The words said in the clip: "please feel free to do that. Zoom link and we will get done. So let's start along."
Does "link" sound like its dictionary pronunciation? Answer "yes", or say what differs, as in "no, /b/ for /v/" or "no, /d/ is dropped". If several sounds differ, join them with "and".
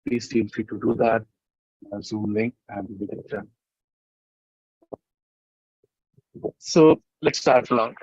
no, /k/ is dropped